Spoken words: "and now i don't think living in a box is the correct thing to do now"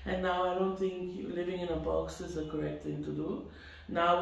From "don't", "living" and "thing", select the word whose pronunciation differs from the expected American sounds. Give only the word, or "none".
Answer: thing